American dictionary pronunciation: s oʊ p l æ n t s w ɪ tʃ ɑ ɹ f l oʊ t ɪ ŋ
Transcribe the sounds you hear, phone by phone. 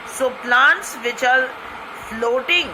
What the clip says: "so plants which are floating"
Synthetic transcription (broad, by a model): s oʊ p l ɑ n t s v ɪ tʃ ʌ l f l oʊ t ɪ ŋ